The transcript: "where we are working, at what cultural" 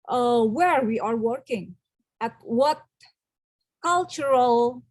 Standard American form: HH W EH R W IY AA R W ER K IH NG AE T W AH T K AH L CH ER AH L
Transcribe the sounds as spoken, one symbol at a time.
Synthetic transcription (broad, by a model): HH W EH R W IY AA R W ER K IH NG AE T W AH T K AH L CH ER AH L